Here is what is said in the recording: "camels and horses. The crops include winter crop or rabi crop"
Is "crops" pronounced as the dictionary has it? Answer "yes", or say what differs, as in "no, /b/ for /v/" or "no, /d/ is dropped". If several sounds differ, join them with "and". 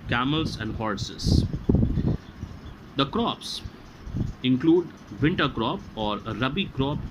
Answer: yes